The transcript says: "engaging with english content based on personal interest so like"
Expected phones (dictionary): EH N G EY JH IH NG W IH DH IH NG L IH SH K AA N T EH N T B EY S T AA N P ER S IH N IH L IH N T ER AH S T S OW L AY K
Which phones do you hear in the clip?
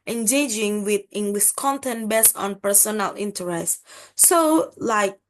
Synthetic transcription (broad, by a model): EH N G EY JH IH NG W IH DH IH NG W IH S K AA N T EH N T B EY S AA N P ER S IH N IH L IH N T ER AH S T S OW L AY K